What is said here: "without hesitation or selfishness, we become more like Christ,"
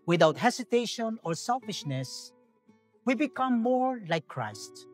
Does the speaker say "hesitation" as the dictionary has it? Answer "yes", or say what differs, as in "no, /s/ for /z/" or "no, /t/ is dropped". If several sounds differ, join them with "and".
no, /s/ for /z/